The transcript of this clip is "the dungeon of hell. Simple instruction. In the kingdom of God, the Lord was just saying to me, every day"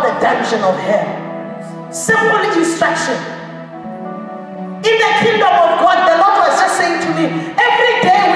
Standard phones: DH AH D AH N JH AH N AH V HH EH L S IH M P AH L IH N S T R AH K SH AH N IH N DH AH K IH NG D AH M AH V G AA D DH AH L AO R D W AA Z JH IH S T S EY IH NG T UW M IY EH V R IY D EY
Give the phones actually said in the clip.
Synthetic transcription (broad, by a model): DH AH D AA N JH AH N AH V HH EH L S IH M AH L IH N S T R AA K SH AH N IH N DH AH K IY NG D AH M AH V G AA D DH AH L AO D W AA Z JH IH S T S EY IH NG T UW M IY EH V R IY D EY